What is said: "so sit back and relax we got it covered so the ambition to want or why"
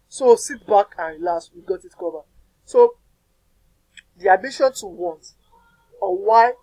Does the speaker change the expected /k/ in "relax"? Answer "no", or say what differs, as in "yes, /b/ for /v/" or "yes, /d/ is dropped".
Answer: yes, /k/ is dropped